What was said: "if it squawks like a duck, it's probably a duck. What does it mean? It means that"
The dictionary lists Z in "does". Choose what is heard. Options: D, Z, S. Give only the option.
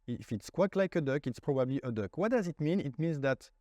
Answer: Z